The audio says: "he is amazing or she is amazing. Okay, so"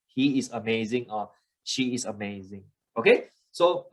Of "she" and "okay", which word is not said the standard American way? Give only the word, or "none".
none